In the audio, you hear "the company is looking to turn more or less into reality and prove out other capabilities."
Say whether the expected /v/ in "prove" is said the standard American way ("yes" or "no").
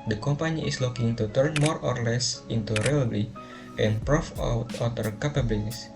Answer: no